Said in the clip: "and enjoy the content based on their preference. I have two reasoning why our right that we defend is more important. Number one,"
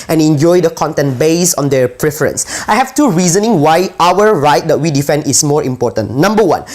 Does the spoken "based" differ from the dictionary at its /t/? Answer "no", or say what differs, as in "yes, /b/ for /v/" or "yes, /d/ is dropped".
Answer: yes, /t/ is dropped